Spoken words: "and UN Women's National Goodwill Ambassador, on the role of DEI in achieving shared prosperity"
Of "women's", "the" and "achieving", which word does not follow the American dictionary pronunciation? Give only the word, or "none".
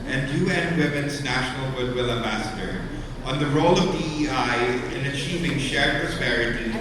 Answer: none